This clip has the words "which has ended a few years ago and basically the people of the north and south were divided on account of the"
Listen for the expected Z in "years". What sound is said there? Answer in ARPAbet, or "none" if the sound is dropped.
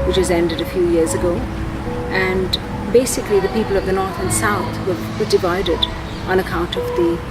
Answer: Z